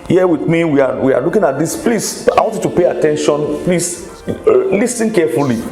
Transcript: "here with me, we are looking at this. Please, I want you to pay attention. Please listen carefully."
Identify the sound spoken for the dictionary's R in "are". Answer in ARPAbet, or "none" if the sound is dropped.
W